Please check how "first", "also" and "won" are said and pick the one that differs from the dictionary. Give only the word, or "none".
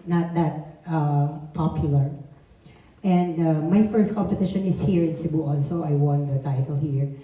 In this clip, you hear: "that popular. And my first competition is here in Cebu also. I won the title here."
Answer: also